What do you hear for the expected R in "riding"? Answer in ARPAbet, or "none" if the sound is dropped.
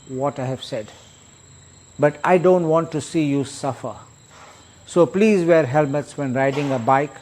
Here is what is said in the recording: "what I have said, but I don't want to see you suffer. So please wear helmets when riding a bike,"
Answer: R